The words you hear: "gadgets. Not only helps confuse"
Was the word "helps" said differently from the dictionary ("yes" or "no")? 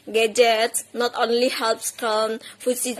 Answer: no